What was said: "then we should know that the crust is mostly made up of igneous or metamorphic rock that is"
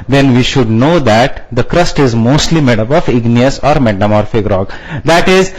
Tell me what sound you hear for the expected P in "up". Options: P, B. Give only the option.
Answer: B